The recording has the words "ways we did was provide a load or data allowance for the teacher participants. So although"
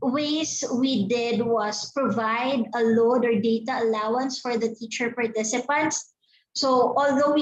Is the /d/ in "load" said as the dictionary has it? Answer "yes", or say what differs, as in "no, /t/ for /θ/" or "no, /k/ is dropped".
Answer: yes